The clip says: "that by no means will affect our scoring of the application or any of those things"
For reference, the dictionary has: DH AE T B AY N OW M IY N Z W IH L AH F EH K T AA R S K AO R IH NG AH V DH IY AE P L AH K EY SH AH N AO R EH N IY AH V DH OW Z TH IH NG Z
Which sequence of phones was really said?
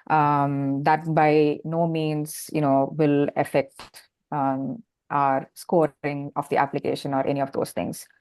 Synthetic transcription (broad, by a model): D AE T B AY N OW M IY N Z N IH L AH F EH K T AA R S K AO R IH NG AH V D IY AE P L AH K EY SH AH N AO R EH N IY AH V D OW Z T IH NG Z